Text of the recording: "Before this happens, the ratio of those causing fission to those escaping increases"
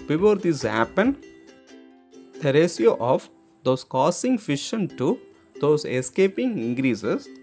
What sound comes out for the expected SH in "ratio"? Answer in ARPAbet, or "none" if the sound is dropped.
S